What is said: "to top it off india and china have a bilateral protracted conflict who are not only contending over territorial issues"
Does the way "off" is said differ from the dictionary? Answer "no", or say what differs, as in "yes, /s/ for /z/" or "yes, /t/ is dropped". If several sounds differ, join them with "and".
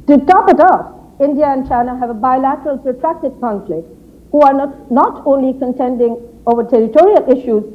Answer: yes, /p/ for /f/